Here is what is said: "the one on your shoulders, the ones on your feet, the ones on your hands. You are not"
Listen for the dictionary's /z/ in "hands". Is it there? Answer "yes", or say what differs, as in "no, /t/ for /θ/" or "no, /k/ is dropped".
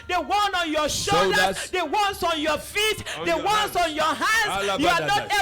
no, /z/ is dropped